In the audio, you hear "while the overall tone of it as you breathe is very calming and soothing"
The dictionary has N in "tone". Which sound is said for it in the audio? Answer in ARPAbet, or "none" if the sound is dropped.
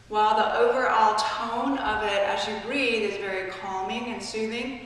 N